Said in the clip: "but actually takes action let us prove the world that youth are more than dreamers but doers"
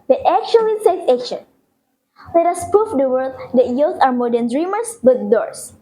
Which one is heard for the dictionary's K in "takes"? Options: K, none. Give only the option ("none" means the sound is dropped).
none